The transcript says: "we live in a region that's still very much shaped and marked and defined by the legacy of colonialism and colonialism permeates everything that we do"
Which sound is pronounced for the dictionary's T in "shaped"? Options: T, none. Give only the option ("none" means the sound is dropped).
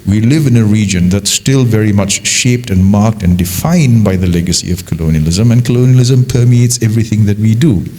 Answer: T